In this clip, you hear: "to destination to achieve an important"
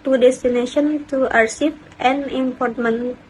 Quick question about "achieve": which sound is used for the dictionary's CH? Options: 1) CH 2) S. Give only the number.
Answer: 2